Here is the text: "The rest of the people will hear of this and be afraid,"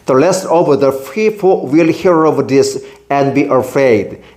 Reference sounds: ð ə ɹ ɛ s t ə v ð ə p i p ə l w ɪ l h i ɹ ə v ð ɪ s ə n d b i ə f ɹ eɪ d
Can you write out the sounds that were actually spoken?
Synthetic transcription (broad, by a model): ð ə l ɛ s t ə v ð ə f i f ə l w ɪ l h i ɹ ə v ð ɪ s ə n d b i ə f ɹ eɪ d